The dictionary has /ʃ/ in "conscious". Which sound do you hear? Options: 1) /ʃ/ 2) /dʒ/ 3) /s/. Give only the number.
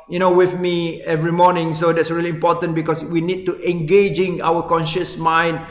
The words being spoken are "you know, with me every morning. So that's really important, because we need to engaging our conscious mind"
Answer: 1